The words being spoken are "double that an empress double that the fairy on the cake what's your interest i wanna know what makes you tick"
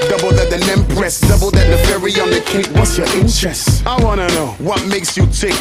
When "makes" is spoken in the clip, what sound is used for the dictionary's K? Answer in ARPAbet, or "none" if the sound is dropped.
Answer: K